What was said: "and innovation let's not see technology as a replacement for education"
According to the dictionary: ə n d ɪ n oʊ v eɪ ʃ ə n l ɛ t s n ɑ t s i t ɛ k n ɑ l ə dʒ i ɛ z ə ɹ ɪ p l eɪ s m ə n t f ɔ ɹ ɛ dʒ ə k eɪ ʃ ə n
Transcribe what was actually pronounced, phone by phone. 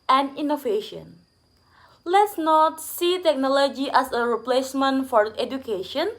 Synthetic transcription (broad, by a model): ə n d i n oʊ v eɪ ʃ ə n l ɛ t s n ɑ t s i t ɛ k n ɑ l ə dʒ i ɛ s ə ɹ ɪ p l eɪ s m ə n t f ɔ ɹ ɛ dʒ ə k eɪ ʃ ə n